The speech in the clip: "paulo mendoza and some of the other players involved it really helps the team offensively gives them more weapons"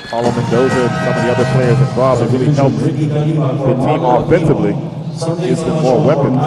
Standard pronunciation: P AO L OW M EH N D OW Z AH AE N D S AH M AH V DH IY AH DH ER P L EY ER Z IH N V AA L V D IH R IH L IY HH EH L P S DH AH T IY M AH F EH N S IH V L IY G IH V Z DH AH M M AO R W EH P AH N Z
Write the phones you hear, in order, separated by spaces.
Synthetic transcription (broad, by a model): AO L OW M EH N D OW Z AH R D S AH M AH V DH IY AH DH ER P L EY ER Z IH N B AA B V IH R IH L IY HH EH L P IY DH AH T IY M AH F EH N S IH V L IY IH Z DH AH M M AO R W EH P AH N